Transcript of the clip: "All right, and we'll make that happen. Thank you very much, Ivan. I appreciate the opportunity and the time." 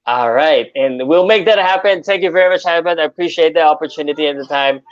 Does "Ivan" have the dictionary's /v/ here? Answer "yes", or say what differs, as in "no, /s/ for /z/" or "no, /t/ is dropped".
no, /b/ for /v/